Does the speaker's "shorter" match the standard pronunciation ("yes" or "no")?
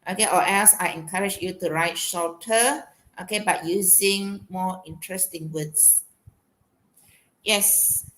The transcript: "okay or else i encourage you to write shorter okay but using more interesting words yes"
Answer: no